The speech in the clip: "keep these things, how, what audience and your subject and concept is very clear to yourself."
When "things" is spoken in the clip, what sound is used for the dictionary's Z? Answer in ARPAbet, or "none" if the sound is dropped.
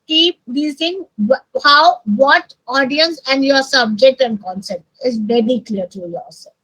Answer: none